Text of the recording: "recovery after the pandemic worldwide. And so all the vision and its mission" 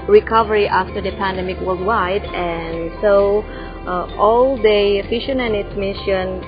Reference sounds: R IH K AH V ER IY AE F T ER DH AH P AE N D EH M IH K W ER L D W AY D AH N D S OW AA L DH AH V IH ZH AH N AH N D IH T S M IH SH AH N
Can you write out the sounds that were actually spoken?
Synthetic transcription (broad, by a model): R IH K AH V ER IY AE F T ER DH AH P AE N D EH M IH K W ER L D W AY D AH N S OW AA L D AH F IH SH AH N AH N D IH T S M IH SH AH N